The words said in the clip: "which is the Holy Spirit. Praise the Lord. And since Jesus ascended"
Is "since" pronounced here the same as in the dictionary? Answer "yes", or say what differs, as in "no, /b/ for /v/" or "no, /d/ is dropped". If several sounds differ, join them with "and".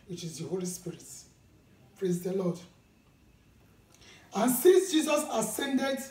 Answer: no, /n/ is dropped